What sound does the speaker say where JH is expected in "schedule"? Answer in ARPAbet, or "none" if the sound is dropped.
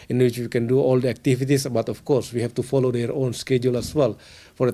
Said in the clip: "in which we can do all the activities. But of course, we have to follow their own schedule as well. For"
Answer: JH